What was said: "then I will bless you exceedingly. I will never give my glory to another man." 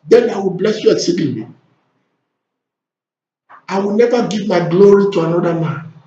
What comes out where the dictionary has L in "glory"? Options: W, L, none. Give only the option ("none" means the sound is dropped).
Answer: L